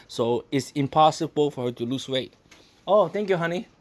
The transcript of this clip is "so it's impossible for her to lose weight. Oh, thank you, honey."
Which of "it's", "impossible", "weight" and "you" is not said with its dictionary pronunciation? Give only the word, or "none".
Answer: none